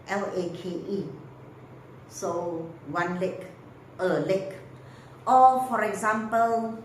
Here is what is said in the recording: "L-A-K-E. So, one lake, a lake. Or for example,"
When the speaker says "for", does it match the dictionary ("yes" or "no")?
yes